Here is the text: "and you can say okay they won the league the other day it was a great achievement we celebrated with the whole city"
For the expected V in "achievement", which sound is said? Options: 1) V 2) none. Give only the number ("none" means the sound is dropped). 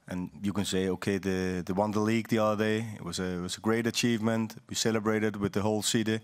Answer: 1